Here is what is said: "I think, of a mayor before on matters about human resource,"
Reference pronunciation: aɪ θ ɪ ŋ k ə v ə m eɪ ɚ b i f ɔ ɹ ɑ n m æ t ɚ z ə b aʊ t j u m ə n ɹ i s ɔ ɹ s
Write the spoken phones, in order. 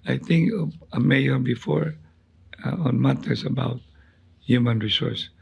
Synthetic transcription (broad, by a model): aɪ t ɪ ŋ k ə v ə m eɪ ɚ b i f ɔ ɹ ɑ n m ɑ t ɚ s ə b aʊ t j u m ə n ɹ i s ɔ ɹ s